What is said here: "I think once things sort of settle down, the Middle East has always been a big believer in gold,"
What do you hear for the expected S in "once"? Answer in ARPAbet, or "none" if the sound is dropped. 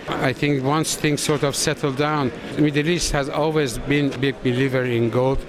S